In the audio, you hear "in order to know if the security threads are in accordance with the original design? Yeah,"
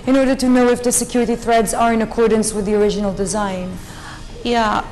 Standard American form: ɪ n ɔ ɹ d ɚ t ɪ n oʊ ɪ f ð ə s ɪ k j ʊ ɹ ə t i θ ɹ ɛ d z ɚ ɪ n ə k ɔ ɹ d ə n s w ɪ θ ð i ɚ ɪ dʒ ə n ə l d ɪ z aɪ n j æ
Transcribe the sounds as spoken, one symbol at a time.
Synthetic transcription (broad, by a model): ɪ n ɔ ɹ d ɚ t ɪ n oʊ ɪ f ð ə s ɪ k j ʊ ɹ ə t i θ ɹ ɛ d z ɚ ɪ n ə k ɔ ɹ d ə n s w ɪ ð i ɚ ɪ dʒ ə n ə l d ɪ z aɪ n j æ